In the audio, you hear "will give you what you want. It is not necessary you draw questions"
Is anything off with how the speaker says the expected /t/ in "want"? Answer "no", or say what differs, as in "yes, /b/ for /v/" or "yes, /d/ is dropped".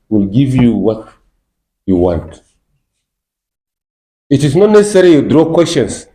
no